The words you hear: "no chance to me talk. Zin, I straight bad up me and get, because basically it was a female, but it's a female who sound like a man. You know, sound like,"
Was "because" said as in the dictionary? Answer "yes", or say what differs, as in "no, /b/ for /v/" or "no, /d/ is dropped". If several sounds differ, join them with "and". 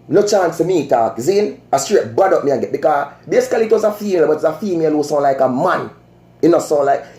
no, /z/ is dropped